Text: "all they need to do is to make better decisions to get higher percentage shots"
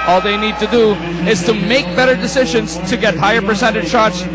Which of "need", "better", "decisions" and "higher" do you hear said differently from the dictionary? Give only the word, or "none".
none